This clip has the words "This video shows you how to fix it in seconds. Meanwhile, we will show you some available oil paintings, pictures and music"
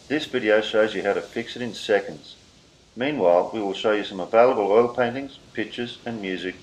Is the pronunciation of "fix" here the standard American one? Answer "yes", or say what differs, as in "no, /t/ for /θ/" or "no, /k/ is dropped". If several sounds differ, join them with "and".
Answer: yes